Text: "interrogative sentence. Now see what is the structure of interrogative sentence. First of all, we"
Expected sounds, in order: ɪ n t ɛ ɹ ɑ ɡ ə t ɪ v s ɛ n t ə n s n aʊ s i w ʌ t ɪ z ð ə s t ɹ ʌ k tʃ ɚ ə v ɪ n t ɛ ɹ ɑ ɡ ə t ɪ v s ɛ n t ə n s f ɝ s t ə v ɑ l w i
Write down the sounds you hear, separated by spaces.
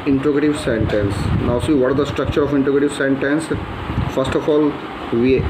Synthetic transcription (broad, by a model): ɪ n t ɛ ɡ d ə t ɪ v s ɛ n t ə n s n aʊ s i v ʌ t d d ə s t ɹ ʌ k tʃ ɚ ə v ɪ n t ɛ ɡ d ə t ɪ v s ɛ n t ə n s f ɝ s t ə f ɑ l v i